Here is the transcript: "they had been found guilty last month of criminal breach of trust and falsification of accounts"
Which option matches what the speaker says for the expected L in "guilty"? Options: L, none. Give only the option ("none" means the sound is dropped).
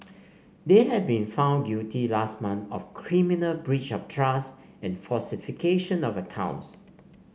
none